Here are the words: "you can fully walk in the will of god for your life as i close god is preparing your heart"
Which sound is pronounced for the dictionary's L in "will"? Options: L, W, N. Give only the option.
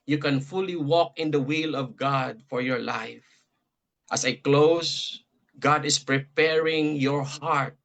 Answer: L